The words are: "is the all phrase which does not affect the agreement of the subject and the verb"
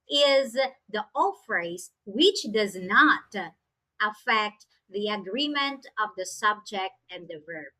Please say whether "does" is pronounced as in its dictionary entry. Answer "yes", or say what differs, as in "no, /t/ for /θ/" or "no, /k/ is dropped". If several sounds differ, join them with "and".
yes